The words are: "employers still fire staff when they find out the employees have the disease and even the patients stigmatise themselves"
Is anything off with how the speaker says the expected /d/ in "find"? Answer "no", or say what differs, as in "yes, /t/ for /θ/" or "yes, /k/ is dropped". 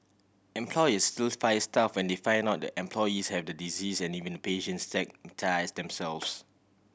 yes, /d/ is dropped